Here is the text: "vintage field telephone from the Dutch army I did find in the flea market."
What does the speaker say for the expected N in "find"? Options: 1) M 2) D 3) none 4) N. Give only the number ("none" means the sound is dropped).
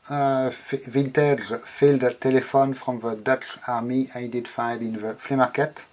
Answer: 3